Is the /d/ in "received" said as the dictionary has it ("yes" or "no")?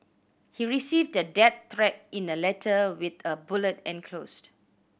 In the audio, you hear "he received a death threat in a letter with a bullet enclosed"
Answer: yes